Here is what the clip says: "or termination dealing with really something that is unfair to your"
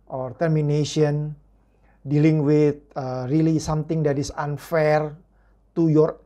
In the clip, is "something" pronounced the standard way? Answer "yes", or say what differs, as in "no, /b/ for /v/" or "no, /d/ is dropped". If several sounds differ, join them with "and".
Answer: no, /t/ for /θ/